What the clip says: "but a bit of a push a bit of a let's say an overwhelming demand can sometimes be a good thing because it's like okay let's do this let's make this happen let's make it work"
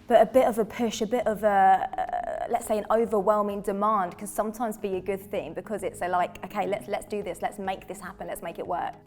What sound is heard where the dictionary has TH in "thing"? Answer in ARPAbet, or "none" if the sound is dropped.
TH